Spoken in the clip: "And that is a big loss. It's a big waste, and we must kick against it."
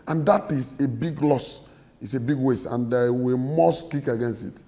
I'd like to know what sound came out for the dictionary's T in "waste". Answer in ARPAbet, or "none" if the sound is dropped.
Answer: none